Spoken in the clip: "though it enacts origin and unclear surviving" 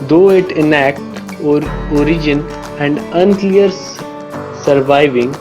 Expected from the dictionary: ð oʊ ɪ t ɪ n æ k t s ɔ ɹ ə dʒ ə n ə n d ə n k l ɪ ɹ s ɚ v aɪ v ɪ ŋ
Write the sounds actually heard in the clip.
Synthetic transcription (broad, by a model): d oʊ ɪ t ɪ n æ k t ɔ ɹ ə dʒ ə n ə n d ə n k l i ɹ s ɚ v aɪ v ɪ ŋ